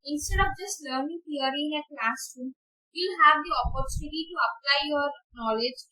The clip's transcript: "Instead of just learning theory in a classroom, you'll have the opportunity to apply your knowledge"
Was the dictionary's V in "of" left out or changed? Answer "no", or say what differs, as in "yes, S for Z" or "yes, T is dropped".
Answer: yes, P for V